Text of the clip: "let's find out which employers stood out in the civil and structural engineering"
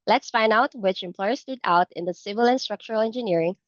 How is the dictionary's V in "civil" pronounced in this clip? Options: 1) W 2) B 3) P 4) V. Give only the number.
4